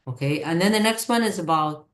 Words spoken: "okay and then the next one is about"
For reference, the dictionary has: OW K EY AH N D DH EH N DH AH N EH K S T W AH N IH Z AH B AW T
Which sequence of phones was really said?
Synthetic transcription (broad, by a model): OW K EY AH N DH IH N DH AH N EH K S T W AH N IH Z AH B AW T